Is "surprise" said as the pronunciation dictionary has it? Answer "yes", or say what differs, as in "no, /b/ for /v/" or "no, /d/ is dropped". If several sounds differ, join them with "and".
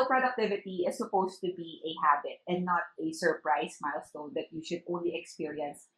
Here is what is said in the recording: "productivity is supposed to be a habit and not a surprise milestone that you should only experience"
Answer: no, /s/ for /z/